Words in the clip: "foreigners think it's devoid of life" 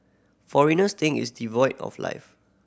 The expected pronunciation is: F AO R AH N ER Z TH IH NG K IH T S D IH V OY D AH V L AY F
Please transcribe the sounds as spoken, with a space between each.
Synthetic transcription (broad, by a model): F AO R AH N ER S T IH NG IH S D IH V OY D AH F L AY F